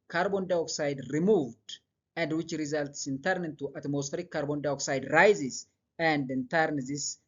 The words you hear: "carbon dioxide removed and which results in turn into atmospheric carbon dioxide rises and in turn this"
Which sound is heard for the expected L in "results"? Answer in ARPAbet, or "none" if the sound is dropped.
L